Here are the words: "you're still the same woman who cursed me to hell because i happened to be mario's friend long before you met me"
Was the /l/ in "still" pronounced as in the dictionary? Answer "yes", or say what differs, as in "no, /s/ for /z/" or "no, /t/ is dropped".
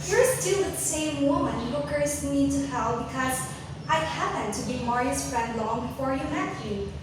no, /w/ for /l/